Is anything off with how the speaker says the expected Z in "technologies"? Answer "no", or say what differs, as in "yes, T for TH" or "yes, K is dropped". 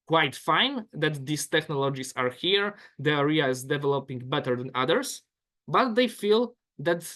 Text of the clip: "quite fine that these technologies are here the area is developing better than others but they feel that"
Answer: yes, S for Z